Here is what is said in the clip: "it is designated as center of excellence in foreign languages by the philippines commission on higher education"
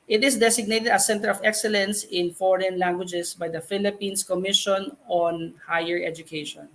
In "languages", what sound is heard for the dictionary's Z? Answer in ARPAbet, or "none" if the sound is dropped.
S